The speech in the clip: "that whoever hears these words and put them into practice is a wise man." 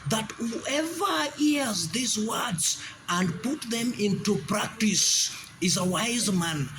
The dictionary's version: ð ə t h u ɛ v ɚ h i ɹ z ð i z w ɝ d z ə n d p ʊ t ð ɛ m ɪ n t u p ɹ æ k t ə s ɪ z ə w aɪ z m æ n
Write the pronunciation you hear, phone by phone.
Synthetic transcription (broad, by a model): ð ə t h u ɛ v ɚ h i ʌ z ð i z w ɝ d z ə n d p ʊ t ð ɛ m ɪ n t u p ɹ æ k t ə s ɪ z ə w aɪ z m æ n